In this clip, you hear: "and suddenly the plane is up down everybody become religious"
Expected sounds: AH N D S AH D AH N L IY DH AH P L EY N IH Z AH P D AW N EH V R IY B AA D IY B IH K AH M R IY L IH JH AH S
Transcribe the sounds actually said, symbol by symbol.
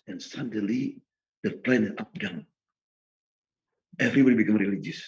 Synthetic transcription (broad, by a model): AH N S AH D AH L IY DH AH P L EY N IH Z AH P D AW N EH V R IY B AA D IY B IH K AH M R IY L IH JH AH S